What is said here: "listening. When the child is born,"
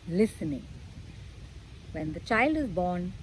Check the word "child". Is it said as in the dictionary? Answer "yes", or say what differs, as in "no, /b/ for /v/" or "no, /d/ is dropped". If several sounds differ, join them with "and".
yes